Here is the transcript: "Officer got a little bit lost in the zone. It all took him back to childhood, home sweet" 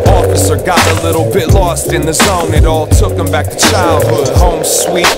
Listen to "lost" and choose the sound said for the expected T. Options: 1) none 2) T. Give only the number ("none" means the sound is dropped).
2